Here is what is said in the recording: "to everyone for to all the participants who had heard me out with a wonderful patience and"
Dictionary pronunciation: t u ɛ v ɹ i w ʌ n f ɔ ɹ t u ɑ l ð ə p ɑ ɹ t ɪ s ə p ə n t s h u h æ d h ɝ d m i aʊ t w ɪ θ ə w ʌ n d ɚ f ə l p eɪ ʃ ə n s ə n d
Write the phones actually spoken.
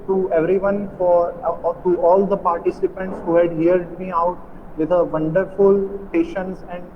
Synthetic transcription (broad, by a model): t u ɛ v ɹ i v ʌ n f ɔ ɹ t u ɑ l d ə p ɑ ɹ t ɪ s ə p ə n t s h u h æ d h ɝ d m i aʊ t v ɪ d ə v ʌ n d ɚ f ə l p eɪ ʃ ə n s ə n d